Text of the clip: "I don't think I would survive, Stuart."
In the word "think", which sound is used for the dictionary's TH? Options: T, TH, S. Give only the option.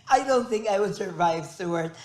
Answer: TH